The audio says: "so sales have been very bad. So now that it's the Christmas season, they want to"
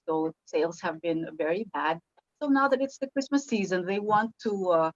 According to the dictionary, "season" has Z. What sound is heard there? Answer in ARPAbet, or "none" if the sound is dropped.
Z